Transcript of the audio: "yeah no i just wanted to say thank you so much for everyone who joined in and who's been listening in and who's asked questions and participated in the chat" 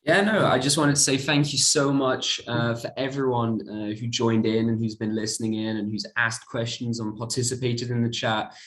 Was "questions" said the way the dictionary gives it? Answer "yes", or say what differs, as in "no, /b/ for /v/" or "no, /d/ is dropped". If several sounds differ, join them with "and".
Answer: yes